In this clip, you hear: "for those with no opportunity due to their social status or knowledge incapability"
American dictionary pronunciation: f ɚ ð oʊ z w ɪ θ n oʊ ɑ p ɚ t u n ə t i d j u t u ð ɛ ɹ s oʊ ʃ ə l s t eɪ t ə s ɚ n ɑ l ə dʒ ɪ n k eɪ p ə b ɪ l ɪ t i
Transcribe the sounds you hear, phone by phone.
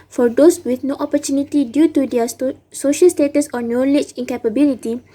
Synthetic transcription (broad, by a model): f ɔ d oʊ s w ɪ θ n oʊ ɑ p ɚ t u n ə t i d j u t u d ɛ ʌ s oʊ ʃ ə l s t eɪ t ə s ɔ n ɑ l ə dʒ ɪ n k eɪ p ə b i l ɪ t i